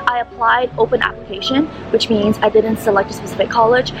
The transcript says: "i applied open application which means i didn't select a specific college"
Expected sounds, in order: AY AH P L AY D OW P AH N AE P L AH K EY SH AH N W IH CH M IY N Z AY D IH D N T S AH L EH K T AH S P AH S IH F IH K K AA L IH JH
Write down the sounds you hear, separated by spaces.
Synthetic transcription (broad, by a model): AY AH P L AY D OW P AH N AE P L AH K EY SH AH N W IH CH M IY N Z AY D IH D N T S AH L EH K T AH S P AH S IH F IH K K AA L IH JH